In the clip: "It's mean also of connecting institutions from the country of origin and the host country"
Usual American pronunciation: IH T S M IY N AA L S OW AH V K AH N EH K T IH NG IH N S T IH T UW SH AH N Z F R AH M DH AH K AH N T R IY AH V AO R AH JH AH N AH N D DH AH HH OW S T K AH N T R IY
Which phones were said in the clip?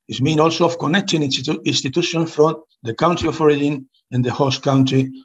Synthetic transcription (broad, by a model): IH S M IY N AA L S OW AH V K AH N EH K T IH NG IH N S T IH T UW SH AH N F R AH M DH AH K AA N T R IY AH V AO R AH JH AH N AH N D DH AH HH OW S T K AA N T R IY